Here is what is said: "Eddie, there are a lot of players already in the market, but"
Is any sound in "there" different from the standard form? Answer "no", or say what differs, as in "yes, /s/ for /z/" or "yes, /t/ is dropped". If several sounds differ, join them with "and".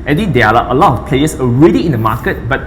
yes, /l/ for /ɹ/